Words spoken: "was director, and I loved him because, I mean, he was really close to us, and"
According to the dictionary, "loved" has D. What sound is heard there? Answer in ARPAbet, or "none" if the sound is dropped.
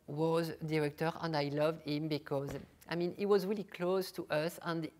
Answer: D